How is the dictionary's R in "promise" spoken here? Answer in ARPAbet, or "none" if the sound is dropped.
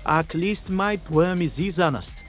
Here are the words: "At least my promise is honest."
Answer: W